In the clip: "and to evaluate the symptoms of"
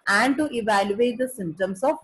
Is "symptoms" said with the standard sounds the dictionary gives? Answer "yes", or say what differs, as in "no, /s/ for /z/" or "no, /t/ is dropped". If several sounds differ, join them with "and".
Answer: no, /p/ is dropped and /s/ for /z/